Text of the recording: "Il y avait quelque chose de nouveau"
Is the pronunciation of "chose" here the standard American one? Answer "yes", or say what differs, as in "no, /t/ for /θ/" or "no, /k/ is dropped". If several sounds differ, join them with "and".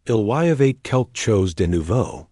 yes